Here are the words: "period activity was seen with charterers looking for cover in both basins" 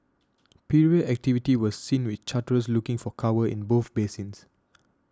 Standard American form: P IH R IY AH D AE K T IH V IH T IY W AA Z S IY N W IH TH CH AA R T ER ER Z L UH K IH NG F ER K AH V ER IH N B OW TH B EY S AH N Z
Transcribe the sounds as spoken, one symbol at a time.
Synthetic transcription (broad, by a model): P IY R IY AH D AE K T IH V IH T IY W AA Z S IY N W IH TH CH AA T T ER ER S L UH K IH NG F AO K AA W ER IH N B OW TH B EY S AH N S